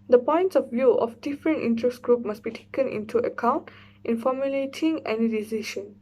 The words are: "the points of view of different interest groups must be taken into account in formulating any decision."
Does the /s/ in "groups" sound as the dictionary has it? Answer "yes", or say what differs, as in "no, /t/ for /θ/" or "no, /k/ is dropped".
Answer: no, /s/ is dropped